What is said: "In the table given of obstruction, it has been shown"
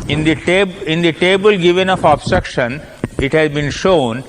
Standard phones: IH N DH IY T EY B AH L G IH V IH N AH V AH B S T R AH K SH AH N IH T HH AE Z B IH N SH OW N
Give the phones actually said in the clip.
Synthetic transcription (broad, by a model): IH N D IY T EY B AH L G IH V IH N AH F AH B S T R AH K SH AH N IH T HH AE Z B IH N SH OW N